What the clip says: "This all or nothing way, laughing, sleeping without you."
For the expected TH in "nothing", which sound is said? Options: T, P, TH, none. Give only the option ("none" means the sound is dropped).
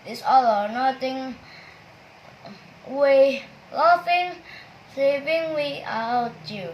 T